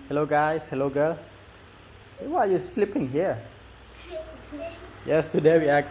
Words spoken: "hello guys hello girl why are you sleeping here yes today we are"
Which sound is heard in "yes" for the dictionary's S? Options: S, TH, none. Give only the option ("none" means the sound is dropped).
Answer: S